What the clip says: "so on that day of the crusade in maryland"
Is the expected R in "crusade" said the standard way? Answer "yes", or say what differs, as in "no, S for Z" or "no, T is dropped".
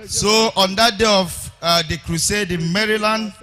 yes